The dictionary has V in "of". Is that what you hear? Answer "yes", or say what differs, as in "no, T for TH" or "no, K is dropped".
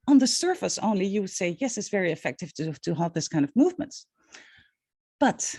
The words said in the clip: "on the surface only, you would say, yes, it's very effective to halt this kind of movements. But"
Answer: yes